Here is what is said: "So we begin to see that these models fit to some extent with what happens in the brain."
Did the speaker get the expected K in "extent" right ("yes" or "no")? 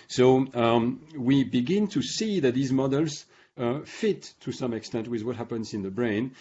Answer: yes